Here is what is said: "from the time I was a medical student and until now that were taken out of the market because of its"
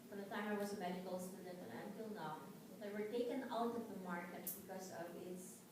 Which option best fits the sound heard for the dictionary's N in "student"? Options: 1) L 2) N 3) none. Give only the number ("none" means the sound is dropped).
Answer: 3